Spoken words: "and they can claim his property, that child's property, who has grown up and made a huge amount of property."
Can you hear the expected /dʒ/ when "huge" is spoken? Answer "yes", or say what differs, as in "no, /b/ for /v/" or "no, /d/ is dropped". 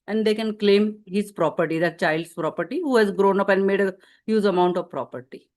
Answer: no, /z/ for /dʒ/